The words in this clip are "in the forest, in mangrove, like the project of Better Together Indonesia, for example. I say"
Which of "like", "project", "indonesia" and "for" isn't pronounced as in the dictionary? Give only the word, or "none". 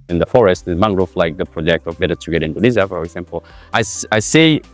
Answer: indonesia